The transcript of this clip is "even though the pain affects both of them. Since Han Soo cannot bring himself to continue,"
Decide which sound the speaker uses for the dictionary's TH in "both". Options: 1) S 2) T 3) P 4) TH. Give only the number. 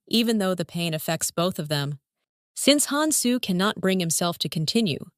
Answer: 4